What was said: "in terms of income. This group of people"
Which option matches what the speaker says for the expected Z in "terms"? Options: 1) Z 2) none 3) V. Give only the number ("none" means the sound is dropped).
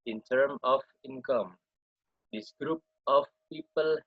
2